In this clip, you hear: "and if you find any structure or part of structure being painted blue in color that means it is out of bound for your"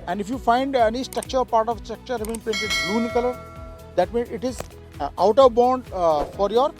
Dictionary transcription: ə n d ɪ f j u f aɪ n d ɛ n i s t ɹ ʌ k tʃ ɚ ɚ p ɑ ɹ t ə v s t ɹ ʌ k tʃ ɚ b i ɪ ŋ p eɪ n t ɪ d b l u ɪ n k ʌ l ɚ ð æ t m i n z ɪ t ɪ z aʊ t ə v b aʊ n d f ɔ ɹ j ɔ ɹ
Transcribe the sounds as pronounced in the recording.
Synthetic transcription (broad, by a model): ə n d ɪ f j u f aɪ n d ɛ n i s t ɹ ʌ k tʃ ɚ ɚ p ɑ ɹ t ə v s t ɹ ʌ k tʃ ɚ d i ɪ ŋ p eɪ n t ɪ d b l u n k ʌ l ɚ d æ t m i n ɪ t ɪ z aʊ t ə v b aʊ n d f ɔ ɹ j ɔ ɹ